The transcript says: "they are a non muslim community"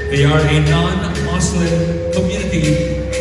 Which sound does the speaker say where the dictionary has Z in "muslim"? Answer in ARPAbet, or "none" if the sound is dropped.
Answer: S